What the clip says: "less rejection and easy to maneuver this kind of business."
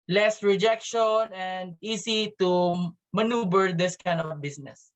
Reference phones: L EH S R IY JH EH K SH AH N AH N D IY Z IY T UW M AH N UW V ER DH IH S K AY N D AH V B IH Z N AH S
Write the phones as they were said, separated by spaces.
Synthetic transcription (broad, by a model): L EH S R IY JH EH K SH AH N AH N D IY S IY T UW M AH N UW B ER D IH S K AY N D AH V B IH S N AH S